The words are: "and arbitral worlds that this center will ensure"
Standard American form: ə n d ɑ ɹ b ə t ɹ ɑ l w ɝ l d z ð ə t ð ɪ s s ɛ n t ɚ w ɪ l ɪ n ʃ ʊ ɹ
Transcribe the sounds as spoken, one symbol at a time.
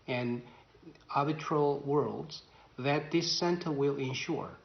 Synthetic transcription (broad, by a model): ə n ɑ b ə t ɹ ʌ l w ɝ l d z ð ə t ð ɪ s s ɛ n t ɚ w ɪ l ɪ n ʃ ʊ ɹ